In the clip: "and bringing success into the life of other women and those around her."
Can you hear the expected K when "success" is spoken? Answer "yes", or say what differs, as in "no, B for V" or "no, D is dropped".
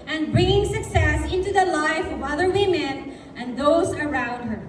yes